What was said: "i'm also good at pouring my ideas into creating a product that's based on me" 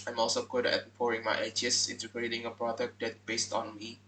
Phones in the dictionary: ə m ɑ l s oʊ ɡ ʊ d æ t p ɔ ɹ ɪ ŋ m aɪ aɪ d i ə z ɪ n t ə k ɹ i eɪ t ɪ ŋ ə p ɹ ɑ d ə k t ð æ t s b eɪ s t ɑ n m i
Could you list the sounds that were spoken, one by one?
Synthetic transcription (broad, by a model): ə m ɑ l s oʊ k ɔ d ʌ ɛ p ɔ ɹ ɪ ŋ m aɪ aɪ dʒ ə s ɪ n t ə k ɹ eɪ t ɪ ŋ ə p ɹ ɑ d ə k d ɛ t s b eɪ s t ɑ n m i